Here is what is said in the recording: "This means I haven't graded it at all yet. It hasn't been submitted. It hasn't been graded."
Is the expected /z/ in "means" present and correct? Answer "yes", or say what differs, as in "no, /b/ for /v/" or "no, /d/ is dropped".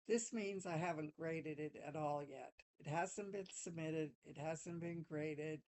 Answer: yes